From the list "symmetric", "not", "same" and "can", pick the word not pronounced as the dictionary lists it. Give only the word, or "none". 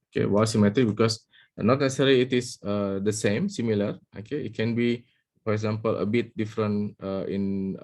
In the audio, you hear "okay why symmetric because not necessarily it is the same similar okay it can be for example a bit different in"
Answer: symmetric